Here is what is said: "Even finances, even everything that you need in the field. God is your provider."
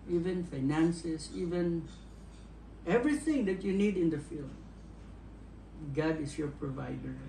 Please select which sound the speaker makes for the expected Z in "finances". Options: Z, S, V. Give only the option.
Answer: S